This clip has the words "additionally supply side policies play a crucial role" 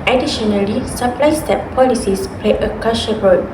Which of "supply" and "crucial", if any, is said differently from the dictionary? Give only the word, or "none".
crucial